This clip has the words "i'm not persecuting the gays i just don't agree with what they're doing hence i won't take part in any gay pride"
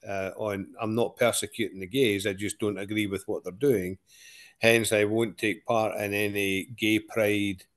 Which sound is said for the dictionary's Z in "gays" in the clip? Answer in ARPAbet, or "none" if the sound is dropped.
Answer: Z